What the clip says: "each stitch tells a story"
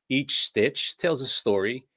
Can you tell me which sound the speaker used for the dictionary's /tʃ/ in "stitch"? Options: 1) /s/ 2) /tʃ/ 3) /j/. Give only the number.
2